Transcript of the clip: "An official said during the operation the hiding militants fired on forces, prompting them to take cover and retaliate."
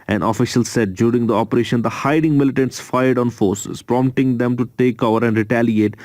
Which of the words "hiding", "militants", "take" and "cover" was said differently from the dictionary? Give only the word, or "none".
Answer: cover